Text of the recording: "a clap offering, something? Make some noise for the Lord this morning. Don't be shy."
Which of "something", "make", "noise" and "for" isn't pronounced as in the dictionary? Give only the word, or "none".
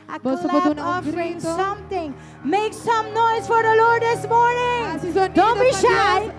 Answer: something